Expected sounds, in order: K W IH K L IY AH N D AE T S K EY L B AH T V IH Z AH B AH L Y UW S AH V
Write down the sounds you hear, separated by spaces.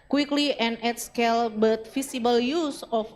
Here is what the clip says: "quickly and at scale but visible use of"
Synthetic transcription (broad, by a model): K W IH K L IY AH N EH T S K EY L B AH T F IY S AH B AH L Y UW S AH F